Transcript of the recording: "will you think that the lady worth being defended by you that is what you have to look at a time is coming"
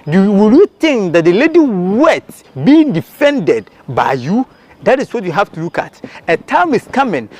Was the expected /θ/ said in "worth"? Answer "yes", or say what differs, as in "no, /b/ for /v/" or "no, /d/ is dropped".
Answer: no, /s/ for /θ/